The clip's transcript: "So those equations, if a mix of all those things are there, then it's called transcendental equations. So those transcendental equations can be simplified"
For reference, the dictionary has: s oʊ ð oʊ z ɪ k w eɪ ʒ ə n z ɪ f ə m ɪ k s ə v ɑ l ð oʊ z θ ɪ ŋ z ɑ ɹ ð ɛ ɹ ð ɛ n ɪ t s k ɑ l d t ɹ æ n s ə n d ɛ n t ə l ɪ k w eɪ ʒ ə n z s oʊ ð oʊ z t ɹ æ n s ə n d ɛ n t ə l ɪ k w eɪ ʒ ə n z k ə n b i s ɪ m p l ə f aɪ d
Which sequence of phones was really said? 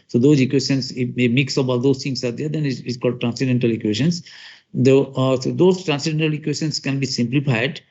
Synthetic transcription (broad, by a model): s oʊ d oʊ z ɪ k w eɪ ʃ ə n s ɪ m ə m ɪ k s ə b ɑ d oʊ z t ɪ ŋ s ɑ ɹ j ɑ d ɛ n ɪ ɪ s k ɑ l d t ɹ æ n s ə d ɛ n t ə l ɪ k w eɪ ʃ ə n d s oʊ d oʊ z t ɹ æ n s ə d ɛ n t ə l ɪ k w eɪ ʃ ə n s k ə n b i s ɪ m p l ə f aɪ d